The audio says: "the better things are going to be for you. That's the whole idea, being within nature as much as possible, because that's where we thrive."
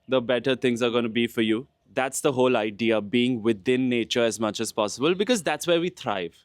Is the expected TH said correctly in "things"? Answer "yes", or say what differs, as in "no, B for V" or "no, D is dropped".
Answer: no, T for TH